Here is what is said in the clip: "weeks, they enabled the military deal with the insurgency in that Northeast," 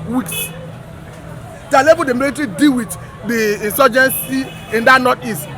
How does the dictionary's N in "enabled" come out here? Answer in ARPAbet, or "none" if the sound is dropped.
L